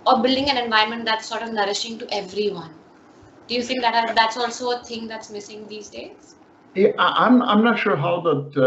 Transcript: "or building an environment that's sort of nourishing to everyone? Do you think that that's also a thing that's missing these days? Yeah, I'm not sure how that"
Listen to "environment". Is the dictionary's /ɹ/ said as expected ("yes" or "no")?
no